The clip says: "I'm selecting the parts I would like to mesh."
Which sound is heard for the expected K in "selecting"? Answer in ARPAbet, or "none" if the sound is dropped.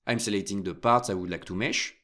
none